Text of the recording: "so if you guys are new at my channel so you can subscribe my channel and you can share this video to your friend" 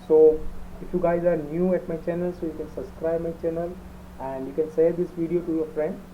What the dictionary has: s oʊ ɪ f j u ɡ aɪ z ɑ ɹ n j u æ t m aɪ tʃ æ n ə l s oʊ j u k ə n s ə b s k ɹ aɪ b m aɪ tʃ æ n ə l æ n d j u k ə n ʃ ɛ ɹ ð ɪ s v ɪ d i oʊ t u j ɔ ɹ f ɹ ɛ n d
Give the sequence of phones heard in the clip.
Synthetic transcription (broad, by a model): s oʊ ɪ f j u ɡ aɪ z ɑ ɹ n j u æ t m aɪ tʃ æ n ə l s oʊ j u k ə n s ə b s k ɹ aɪ b m aɪ tʃ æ n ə l æ n d j u k ə n s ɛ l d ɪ s v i d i oʊ t u j ɔ ɹ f ɹ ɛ n d